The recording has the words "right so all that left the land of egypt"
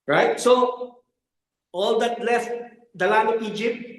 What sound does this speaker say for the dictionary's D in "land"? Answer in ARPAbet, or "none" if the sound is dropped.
none